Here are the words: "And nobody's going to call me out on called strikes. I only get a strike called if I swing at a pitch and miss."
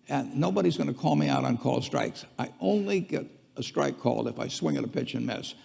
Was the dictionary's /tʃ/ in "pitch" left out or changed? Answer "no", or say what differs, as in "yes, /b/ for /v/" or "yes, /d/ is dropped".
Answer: no